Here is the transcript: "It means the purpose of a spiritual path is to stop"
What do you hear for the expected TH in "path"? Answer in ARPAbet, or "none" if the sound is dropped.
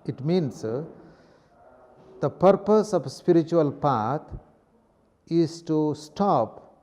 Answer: T